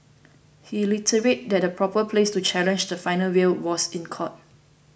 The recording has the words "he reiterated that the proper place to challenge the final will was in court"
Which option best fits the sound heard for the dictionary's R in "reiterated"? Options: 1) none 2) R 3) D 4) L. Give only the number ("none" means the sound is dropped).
4